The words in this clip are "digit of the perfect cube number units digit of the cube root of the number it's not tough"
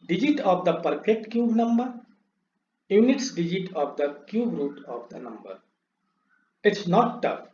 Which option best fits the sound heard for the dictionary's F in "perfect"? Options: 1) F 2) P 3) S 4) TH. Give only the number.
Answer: 2